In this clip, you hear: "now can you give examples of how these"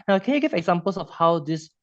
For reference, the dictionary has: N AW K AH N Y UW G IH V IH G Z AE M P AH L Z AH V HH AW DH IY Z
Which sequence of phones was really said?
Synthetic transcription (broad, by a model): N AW K AH N Y UW G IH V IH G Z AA M P AH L S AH F HH AW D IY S